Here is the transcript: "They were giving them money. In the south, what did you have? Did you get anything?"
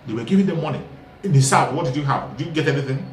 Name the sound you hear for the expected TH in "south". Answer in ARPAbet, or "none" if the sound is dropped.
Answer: T